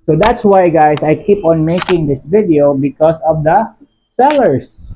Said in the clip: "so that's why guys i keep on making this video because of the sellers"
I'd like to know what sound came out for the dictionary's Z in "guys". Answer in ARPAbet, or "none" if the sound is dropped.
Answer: S